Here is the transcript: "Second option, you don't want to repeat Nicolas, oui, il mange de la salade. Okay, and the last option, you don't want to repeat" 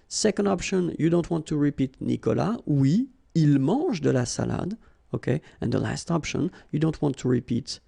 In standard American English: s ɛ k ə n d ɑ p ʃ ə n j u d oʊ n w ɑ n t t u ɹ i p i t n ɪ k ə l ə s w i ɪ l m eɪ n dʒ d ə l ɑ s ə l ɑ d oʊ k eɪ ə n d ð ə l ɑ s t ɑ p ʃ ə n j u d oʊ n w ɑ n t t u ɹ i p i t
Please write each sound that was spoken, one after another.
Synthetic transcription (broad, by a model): s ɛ k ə n d ɑ p ʃ ə n j u d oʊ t w ɑ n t t u ɹ i p i t n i k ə l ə w i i l m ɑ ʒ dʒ d ə l ɑ s ə l ɑ d oʊ k eɪ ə n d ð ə l ɑ s t ɑ p ʃ ə n j u d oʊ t w ɑ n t t u ɹ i p i t